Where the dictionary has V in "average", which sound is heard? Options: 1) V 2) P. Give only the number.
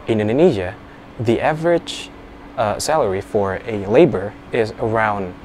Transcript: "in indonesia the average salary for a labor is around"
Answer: 1